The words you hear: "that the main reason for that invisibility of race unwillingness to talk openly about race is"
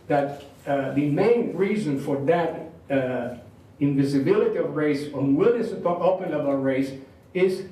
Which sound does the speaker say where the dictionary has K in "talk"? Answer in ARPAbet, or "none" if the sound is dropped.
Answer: none